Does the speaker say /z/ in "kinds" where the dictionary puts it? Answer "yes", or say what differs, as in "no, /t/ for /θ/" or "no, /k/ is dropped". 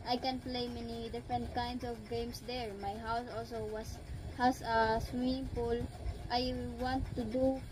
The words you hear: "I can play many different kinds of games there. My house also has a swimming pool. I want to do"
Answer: no, /s/ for /z/